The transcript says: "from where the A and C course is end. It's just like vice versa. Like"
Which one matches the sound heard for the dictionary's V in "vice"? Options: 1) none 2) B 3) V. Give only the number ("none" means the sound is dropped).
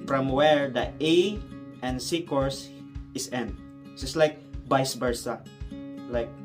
2